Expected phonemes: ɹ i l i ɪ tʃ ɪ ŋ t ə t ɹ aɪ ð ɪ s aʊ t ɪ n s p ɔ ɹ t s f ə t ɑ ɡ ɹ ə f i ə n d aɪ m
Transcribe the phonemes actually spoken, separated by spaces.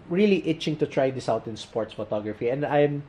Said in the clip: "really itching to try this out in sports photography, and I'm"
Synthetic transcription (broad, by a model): ɹ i l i ɪ tʃ ɪ ŋ t ə t ɹ aɪ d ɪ s aʊ t ɪ n s p ɔ ɹ t s f ə t ɑ ɡ ɹ ə f i ə n d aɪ m